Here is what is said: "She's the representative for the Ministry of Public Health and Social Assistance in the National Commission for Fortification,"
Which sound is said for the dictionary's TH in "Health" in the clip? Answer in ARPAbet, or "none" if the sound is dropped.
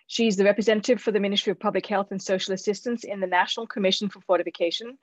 TH